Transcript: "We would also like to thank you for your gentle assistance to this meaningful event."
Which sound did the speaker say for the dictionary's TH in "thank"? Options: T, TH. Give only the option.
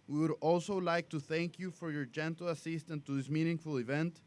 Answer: TH